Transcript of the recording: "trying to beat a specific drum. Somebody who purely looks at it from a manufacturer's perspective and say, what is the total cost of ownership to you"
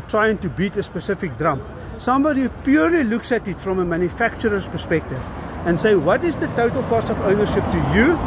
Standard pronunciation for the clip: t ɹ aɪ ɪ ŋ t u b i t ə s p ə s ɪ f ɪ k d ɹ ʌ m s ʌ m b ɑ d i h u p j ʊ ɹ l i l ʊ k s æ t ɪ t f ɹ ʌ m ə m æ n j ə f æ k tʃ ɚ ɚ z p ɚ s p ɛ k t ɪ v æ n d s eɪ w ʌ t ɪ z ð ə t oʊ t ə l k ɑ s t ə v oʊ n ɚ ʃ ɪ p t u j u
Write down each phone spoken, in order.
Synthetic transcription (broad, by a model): t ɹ aɪ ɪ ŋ t u b i t ə s p ə s ɪ f ɪ k d ɹ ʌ m s ʌ m b ɑ d i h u p j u ɹ l i l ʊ k s æ t ɪ t f ɹ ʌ m ə m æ n j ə f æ k tʃ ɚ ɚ s p ɚ s p ɛ k t ɪ v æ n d s eɪ w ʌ t ɪ z ð ə t oʊ t ə l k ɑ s ə v oʊ n ɚ ʃ ɪ p t u j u